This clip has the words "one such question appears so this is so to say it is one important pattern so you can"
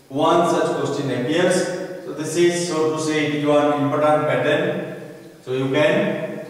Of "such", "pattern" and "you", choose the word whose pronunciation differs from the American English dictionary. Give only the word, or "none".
pattern